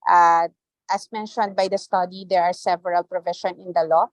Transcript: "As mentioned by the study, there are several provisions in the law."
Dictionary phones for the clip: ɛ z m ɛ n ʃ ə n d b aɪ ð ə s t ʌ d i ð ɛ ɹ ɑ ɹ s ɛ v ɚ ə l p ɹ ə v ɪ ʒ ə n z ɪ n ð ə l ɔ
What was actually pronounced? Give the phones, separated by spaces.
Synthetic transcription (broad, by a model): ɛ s m ɛ n ʃ ə n d b aɪ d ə s t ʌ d i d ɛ ɹ ɑ ɹ s ɛ v ɚ ə l p ɹ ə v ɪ ʃ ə n ɪ n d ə l ɔ